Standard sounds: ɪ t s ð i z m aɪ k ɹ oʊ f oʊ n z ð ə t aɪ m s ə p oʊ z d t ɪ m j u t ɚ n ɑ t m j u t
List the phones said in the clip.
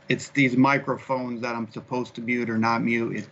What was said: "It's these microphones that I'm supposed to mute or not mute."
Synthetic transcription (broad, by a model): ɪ t s ð i z m aɪ k ɹ oʊ f oʊ n z ð ə t aɪ m s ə p oʊ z t ɪ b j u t ɚ n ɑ t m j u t